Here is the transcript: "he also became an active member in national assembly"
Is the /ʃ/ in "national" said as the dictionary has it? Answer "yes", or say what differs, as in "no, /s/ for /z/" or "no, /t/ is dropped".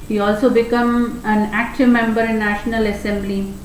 yes